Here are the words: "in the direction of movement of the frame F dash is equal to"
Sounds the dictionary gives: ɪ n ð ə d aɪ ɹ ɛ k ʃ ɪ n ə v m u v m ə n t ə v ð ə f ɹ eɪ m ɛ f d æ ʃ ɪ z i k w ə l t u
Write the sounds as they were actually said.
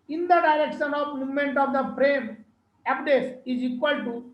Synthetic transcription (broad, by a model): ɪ n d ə d aɪ ɹ ɛ k ʃ ɪ n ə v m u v m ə n t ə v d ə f ɹ eɪ m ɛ p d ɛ s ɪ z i k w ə l t u